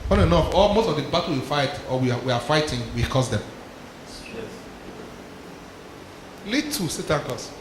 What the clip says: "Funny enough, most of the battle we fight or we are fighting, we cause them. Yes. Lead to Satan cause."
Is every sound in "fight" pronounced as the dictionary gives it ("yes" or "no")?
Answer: yes